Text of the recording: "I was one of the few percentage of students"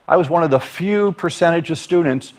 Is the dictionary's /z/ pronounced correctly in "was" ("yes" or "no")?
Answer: yes